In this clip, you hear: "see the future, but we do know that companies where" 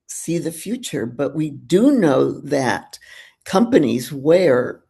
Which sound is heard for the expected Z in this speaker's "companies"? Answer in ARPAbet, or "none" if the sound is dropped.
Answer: Z